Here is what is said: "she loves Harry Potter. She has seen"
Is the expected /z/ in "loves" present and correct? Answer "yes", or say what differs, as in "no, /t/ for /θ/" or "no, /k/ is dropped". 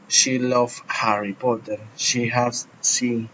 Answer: no, /z/ is dropped